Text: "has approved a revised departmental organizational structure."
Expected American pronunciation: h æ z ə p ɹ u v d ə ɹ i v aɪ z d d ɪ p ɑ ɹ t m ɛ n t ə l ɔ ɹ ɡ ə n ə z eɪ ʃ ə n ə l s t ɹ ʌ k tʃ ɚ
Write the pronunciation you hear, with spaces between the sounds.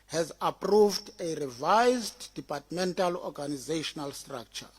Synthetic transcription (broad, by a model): h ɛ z ə p ɹ u v d ə ɹ i v aɪ z d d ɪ p ɑ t m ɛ n t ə l ɔ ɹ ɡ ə n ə z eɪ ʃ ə n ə l s t ɹ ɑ k tʃ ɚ